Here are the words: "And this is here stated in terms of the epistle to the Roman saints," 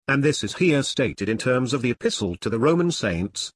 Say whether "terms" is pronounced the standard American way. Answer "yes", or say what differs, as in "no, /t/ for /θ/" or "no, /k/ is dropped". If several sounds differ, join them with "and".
yes